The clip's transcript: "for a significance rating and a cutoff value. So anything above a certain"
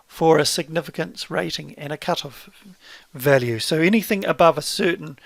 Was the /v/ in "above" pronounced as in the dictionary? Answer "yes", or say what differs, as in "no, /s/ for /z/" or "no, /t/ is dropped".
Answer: yes